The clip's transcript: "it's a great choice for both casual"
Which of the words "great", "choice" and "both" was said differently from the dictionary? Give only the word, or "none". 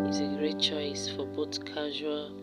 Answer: both